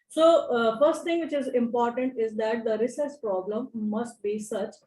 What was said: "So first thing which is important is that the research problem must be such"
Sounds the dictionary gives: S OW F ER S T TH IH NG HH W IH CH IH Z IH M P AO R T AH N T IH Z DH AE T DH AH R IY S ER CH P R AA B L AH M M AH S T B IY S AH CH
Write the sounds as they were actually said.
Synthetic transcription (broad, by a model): S OW F ER S T T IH NG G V IH CH IH Z IH M P AO R T AH N T IH Z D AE T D AH R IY S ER S P R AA B L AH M M AH S T B IY S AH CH